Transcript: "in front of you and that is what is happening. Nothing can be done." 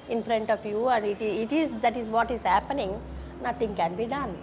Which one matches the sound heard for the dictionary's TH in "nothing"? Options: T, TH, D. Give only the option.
T